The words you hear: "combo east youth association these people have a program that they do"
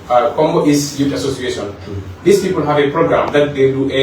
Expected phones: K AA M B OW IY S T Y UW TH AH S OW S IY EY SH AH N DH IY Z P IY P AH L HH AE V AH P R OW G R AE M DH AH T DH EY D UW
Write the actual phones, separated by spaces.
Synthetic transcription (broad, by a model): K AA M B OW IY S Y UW T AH S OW S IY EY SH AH N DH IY S P IY P AH L HH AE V AH P R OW G R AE M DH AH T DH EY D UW